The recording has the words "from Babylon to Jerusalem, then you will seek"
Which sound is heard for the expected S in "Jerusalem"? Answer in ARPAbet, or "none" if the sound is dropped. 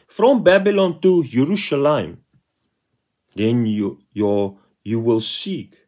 SH